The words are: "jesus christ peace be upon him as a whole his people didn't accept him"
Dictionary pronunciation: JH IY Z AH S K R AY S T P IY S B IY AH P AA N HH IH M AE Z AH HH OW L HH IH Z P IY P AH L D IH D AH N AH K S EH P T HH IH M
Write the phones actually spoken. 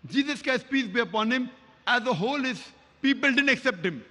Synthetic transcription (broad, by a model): JH IY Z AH S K AY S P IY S B IY AH P AA N HH IH M AE Z AH HH OW L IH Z P IY P AH L D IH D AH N AH K S EH P T HH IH M